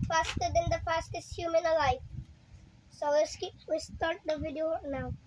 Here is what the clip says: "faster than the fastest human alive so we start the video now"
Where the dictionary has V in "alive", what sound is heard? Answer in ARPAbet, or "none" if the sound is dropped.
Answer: F